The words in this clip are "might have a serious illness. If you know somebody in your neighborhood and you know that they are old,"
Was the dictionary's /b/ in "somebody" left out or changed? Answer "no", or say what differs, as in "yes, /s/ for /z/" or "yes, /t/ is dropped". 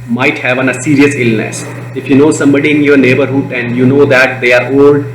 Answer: no